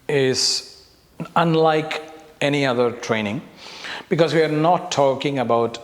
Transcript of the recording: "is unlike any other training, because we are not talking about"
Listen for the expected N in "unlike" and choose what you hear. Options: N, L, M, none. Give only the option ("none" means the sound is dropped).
N